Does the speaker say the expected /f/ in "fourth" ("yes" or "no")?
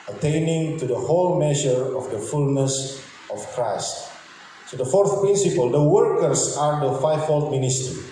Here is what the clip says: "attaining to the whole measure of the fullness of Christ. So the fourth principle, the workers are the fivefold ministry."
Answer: yes